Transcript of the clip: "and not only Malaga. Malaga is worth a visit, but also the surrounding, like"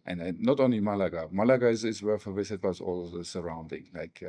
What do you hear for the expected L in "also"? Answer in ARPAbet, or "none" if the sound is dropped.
none